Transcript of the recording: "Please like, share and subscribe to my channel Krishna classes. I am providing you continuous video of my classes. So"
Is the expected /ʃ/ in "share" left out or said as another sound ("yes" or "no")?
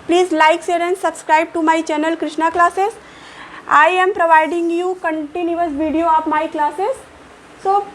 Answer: yes